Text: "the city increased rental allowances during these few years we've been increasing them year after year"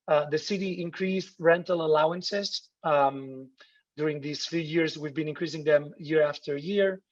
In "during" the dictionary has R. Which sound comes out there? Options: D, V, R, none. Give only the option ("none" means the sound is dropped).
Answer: R